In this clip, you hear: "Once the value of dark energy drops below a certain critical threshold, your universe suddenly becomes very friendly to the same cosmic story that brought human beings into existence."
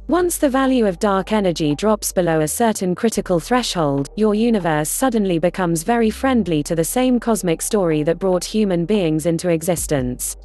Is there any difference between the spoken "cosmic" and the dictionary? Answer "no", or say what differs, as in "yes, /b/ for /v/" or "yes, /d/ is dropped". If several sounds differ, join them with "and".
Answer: no